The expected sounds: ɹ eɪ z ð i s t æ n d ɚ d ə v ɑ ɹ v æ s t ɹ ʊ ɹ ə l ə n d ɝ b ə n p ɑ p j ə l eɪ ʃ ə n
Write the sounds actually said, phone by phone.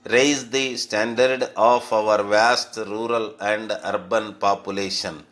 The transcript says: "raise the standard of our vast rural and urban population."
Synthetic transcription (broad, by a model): ɹ eɪ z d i s t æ n d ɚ d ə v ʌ ɹ v æ s t ɹ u ɹ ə l ə n d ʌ b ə n p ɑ p j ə l eɪ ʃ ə n